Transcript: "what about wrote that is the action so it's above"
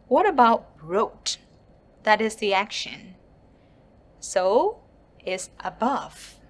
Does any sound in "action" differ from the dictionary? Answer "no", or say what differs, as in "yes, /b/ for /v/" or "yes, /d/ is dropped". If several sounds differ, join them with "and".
no